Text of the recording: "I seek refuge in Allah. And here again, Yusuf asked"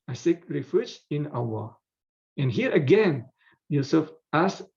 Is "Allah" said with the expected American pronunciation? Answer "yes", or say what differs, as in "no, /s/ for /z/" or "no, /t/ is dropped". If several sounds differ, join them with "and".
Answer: no, /w/ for /l/